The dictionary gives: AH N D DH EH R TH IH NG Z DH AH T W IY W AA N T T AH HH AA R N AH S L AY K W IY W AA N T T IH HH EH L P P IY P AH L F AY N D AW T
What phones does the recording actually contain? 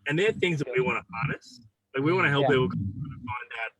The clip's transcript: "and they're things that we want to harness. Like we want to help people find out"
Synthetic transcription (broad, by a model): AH N DH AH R TH IH NG Z DH AH T W IY W AA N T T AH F AA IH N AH S L AY K W IY W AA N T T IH HH EH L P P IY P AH N F AY N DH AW T